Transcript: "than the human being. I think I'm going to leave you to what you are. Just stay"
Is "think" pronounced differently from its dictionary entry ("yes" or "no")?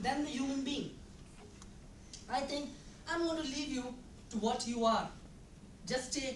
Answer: yes